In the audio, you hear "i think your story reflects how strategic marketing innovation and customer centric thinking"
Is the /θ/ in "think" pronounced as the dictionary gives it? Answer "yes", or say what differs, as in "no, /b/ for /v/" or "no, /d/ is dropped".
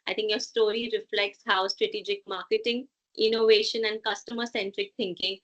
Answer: no, /t/ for /θ/